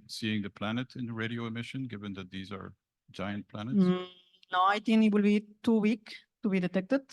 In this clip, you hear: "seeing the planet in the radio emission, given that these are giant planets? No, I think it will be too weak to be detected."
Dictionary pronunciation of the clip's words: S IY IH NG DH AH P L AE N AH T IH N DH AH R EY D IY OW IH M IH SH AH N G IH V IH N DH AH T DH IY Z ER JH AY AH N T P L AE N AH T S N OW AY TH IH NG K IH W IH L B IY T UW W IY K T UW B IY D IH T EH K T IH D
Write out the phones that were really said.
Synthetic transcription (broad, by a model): S IY IH NG DH AH P L AE N AH T IH N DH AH R EY D IY OW IH M IH SH AH N G IH V IH N DH AH T DH IY Z ER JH AY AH N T P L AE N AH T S N OW AY T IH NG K IH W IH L B IY T UW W IY K T UW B IY D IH T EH K T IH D